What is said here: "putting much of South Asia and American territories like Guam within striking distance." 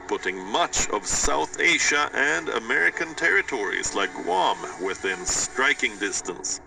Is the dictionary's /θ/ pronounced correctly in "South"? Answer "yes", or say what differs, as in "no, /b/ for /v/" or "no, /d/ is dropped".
yes